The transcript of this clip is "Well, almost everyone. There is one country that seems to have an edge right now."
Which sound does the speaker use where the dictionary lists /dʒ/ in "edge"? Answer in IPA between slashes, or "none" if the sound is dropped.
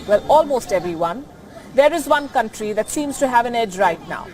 /dʒ/